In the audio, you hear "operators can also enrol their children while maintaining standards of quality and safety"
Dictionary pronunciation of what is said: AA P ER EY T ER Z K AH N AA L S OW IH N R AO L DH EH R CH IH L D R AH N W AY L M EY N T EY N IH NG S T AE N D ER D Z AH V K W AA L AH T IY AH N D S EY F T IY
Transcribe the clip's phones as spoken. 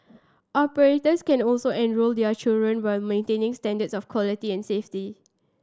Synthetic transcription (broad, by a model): AA P ER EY T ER S K AH N AA L S OW IH N R AO L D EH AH CH IH L D R AH N W AY L M EY N T EY N IH NG S T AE N D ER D S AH F K W AA L AH T IY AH N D S EY F T IY